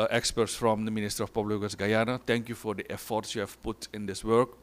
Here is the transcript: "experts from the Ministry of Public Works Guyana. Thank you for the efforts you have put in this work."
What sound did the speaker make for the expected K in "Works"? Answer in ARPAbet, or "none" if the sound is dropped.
none